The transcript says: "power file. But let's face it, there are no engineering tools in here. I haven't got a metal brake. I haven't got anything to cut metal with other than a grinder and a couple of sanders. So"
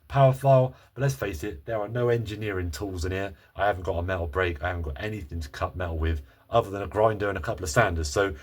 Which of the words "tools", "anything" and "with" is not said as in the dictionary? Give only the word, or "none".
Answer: none